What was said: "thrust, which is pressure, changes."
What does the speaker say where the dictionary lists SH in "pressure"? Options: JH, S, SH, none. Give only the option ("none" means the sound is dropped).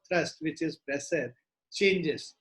S